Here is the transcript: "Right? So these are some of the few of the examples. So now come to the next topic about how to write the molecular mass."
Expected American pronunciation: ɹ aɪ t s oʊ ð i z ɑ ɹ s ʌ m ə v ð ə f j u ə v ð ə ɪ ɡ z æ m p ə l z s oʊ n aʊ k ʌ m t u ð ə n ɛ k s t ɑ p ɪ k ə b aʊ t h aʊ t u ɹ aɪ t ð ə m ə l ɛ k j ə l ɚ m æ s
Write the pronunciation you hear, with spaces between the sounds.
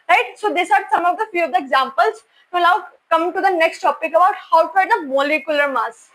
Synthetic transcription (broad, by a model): ɹ aɪ t s oʊ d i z ɑ ɹ s ʌ m ə v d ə f j u ə v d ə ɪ ɡ z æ m p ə l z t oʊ l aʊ k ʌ m t u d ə n ɛ k s t ɑ p ɪ k ə b aʊ t h aʊ t u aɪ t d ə m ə l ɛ k j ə l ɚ m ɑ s